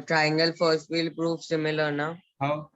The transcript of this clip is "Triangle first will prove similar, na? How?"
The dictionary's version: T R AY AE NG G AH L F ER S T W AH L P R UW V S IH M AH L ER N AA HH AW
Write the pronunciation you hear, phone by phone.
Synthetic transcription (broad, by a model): T R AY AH NG G AH L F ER S T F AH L P R UW F S IH M AH L ER N AA HH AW